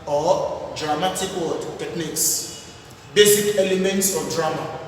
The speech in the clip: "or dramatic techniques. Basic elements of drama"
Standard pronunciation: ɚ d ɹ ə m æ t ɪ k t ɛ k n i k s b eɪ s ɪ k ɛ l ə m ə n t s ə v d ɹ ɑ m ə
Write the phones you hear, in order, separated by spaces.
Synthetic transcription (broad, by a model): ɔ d ɹ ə m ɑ t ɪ k t ɛ k n i k s b eɪ s ɪ k ɛ l ə m ə n t s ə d ɹ ɑ m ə